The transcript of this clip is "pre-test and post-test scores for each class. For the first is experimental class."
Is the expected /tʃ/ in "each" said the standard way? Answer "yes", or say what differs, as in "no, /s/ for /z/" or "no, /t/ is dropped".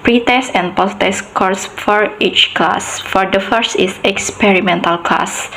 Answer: yes